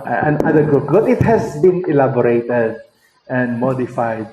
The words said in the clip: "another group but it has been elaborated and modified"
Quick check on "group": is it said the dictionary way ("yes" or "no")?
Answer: no